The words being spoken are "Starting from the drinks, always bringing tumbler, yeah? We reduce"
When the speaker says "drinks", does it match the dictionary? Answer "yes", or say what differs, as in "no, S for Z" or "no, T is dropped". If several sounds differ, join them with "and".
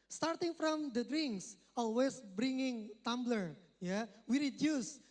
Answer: yes